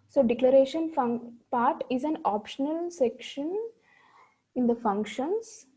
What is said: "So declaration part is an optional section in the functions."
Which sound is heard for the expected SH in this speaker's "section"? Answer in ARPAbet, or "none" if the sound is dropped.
SH